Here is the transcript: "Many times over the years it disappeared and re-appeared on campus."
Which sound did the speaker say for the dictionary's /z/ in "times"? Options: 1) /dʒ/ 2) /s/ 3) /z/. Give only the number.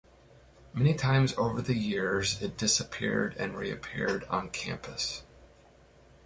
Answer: 3